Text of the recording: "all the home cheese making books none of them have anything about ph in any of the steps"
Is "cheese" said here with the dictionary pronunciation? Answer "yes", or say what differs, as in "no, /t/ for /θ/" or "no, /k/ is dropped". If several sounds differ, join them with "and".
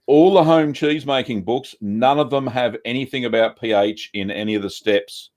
yes